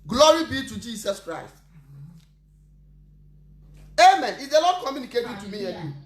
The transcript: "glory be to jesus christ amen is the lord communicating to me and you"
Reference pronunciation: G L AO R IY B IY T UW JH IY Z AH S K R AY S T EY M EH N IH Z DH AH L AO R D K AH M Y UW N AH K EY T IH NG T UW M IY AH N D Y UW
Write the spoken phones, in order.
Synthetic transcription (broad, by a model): G L AO R IY B IY T UW JH IY S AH S K R AY S T EY M EH N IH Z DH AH L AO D K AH M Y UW N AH K EY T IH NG T UW M IY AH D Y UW